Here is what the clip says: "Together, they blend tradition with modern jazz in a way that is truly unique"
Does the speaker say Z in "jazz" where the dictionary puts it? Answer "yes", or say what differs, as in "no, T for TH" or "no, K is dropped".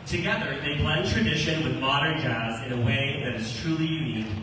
yes